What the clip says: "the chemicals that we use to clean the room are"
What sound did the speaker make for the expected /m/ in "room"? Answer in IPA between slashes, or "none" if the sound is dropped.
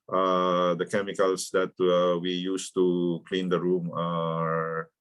/m/